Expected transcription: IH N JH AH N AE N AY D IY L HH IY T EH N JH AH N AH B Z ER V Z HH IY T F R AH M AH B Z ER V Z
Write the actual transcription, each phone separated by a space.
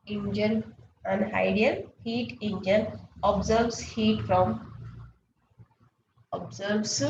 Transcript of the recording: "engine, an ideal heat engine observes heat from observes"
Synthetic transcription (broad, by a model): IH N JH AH N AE N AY D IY N HH IY T EH N JH AH N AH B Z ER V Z HH IY T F R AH M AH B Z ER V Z